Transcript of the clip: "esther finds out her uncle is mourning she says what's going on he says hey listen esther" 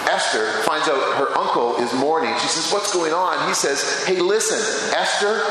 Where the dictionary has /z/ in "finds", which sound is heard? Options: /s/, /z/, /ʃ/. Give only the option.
/z/